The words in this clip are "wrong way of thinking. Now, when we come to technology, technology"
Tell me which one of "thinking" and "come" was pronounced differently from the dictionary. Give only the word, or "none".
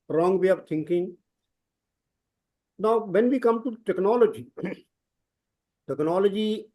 thinking